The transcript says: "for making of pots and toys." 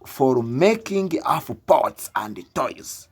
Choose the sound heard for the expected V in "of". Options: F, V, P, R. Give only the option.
F